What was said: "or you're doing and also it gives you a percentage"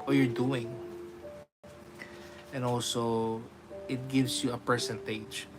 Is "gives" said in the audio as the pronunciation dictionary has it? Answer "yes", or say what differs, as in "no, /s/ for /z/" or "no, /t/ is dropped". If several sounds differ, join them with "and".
no, /s/ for /z/